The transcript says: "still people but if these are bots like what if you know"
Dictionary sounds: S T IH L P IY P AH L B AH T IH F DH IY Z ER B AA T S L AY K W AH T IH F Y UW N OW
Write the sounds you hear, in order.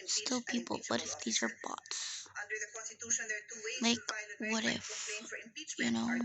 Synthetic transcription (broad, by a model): S T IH L P IY P L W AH T IH F DH IY Z ER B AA T S L AY K W AH T IH F Y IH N OW